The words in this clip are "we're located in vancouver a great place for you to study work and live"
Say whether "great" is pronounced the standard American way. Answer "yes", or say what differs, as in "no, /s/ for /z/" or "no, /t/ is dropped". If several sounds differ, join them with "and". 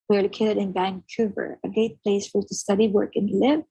no, /ɹ/ is dropped